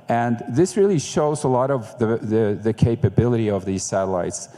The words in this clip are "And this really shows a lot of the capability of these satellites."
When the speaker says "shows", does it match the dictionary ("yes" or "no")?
yes